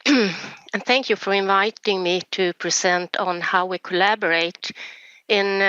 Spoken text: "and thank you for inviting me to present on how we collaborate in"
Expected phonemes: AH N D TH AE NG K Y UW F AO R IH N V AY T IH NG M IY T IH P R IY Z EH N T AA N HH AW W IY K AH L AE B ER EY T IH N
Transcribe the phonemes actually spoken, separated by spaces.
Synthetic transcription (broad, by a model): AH N TH AE NG K Y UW F AO R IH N V AY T IH NG M IY T IH P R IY S EH N T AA N HH AW W IY K AH L AE B ER EY T IH N